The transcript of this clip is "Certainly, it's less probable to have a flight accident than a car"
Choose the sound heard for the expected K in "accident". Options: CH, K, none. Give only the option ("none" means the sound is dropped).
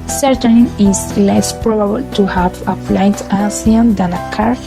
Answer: none